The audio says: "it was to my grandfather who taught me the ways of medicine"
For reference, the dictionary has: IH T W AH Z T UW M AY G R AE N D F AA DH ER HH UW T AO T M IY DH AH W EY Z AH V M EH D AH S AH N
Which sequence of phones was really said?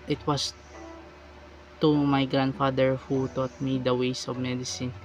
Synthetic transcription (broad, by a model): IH T W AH S T UW M AY G R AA N D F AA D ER HH UW T AO T M IY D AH W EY S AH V M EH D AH S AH N